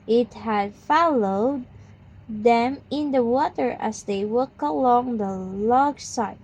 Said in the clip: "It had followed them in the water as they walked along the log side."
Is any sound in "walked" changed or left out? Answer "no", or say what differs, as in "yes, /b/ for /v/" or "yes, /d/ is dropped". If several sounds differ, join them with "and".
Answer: yes, /t/ is dropped